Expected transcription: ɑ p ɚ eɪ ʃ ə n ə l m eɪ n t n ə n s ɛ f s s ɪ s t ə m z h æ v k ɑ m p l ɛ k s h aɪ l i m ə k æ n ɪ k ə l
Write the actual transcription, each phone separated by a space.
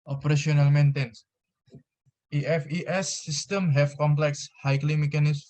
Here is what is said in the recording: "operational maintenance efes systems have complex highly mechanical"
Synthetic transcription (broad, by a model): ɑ p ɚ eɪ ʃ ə n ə l m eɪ n t ə n s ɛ f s s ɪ s t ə m h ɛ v k ɑ m p l ɛ k s h aɪ l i m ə k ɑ n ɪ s